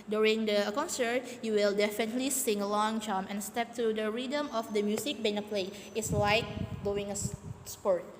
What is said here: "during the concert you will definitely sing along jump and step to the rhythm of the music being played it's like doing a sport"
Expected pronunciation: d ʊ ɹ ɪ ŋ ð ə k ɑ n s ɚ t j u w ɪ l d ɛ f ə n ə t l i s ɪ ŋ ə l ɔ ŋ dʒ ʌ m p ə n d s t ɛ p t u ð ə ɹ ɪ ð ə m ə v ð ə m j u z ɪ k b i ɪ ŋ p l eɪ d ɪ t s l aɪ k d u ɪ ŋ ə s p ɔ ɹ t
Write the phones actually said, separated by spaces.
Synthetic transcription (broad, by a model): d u ɹ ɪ ŋ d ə k ɑ n s ɚ t j u w ɪ l d ɛ f ə n ə t l i s ɪ ŋ ə l ɔ ŋ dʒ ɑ m ə n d s t ɛ p t u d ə ɹ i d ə m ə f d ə m j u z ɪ k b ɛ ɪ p l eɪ ɪ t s l aɪ k d u ɪ ŋ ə s p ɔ ɹ t